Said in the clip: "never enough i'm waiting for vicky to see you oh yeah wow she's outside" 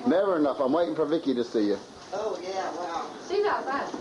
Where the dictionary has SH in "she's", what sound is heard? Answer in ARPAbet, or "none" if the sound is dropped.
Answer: S